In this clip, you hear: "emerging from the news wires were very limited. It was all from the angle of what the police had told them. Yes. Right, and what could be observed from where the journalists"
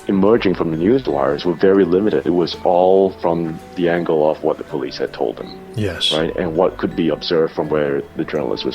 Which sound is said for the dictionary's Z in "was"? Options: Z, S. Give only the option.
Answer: Z